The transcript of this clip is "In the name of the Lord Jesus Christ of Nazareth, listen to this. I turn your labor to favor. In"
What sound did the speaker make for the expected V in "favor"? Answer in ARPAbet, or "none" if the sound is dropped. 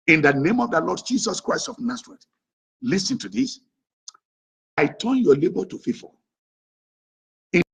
F